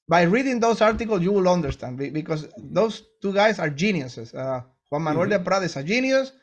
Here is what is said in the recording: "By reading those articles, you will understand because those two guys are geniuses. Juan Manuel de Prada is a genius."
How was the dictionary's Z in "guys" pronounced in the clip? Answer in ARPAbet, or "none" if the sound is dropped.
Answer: S